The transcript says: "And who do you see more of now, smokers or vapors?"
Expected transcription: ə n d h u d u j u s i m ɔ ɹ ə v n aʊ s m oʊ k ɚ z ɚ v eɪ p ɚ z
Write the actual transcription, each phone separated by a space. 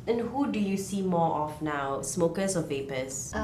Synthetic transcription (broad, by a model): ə n h u d u j u s i m ɔ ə f n aʊ s m oʊ k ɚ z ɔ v eɪ p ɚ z